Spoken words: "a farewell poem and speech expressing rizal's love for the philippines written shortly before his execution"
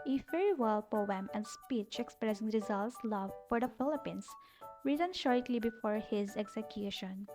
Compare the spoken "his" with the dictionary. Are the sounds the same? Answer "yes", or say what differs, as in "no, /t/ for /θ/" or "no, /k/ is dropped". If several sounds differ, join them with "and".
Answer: yes